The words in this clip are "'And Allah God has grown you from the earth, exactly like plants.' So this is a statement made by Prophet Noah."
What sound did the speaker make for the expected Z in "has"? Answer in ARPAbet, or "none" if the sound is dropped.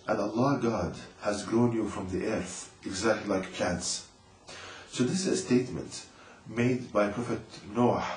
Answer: Z